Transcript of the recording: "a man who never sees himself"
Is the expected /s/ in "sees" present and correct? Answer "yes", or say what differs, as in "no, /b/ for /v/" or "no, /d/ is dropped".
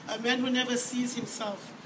yes